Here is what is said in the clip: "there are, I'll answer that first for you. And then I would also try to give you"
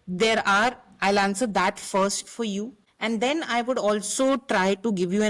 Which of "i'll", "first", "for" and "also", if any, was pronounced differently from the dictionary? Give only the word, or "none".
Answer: none